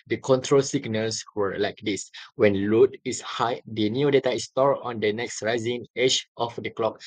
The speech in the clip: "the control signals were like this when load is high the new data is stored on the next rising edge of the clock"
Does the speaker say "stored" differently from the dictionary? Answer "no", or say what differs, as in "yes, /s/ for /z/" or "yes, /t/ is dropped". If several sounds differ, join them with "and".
yes, /d/ is dropped